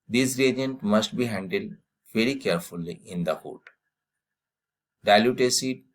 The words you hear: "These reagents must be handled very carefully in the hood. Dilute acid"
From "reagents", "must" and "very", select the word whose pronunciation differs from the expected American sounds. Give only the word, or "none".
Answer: reagents